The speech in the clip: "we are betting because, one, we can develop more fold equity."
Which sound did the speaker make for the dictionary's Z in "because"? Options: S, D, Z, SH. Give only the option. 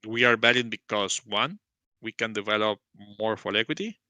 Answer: S